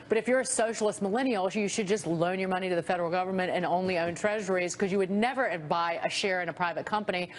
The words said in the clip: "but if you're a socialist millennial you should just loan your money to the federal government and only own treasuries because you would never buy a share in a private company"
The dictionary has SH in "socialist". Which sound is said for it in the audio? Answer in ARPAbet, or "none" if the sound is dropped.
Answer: SH